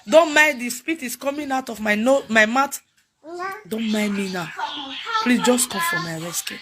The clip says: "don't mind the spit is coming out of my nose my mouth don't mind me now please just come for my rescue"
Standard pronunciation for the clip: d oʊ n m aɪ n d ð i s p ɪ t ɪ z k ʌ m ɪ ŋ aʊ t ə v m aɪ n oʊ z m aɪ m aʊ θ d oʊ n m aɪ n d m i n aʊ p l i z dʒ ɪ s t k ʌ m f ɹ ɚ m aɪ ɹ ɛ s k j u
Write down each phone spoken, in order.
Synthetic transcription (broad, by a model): d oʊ n m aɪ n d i s p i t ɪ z k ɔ m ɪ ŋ aʊ t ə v m aɪ n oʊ m aɪ m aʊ t d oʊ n m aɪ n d m i n aʊ p l i s dʒ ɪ s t k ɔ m f ɹ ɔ m aɪ ɹ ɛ s k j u